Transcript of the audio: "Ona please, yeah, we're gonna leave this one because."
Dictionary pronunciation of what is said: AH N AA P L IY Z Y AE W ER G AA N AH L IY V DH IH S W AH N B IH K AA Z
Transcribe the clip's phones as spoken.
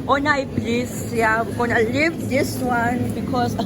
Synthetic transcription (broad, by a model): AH N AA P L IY S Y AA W G AA N AH L IY V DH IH S W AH N B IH K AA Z